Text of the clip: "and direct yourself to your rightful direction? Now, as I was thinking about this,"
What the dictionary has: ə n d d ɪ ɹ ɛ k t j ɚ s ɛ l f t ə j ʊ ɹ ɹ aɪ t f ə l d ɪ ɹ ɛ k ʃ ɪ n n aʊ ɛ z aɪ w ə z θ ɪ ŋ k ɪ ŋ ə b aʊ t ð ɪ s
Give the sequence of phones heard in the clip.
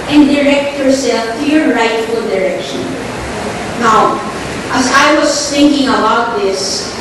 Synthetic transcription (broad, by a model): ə n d d ɪ ɹ ɛ k t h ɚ s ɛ l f t ə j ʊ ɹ ɹ aɪ t f ə l d ɪ ɹ ɛ k ʃ ɪ n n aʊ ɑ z aɪ w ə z θ ɪ ŋ k ɪ ŋ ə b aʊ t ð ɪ s